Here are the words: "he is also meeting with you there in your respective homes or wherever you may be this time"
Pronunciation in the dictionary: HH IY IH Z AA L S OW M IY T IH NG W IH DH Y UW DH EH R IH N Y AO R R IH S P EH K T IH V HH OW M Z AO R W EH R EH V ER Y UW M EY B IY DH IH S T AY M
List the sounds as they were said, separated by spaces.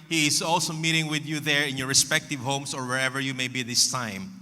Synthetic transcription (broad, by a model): HH IY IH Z AA L S OW M IY T IH NG W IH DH Y UW DH EH R IH N Y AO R R IH S P EH K T IH V HH OW M S AO R W EH R EH V ER Y UW M EY B IY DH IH S T AY M